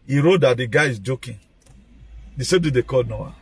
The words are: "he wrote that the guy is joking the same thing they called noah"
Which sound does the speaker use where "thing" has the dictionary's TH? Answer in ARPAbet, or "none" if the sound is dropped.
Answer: T